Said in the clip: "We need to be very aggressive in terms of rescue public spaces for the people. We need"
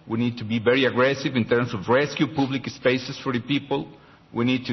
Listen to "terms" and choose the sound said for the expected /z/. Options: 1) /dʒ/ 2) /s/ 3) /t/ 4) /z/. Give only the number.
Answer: 2